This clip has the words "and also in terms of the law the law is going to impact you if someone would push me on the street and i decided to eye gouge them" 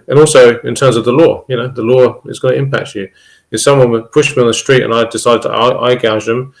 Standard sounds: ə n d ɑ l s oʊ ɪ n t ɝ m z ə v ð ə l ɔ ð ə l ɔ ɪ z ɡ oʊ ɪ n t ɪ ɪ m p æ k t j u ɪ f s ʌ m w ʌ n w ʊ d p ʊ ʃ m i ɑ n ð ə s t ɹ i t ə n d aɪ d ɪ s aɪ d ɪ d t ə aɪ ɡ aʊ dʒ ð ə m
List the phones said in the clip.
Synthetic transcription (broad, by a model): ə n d ɑ l s oʊ ɪ n t ɝ m z ə v ð ə l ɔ ð ə l ɔ ɪ z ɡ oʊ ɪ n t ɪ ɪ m p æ k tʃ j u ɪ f s ʌ m w ʌ n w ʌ p ʊ ʃ m i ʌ n ð ə s t ɹ i t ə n aɪ d ɪ s aɪ d ɪ d t ə aɪ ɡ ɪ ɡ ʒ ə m